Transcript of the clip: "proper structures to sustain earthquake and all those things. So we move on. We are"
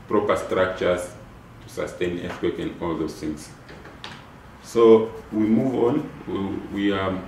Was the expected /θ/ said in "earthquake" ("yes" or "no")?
no